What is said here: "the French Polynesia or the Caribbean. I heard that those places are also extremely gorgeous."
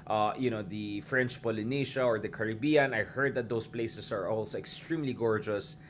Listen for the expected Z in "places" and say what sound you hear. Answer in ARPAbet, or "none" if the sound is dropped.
S